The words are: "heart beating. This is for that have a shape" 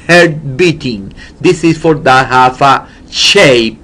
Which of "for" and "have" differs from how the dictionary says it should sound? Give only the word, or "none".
have